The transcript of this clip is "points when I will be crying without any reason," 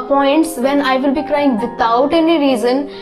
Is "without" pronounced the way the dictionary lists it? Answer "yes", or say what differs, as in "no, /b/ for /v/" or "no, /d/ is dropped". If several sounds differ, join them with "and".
no, /t/ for /θ/